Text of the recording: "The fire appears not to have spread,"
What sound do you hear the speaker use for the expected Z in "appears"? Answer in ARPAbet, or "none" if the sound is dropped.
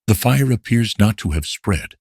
Z